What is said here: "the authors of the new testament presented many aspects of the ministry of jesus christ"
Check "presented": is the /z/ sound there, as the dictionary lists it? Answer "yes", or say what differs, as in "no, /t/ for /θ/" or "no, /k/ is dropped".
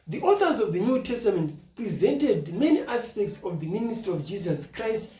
yes